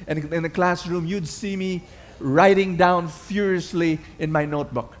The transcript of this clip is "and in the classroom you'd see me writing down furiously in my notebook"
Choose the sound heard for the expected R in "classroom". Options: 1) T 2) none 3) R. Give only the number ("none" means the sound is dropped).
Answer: 3